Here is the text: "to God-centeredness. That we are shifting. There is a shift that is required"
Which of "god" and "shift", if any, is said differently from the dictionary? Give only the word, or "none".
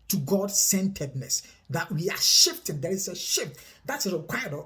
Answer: none